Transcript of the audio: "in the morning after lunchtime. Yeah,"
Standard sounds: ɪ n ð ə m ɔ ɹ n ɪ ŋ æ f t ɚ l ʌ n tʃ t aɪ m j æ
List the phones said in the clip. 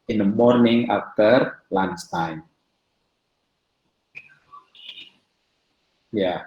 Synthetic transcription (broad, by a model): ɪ n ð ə m ɔ ɹ n ɪ ŋ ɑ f t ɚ l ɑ n s t aɪ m j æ